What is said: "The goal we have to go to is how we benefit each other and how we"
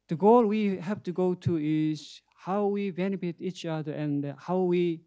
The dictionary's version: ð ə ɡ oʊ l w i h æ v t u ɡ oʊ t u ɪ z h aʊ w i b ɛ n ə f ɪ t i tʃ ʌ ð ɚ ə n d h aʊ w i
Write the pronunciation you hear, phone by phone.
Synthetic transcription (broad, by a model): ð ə ɡ oʊ l w i h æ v t u ɡ oʊ t u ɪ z h aʊ w i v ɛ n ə p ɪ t i tʃ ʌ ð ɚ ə n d h aʊ w i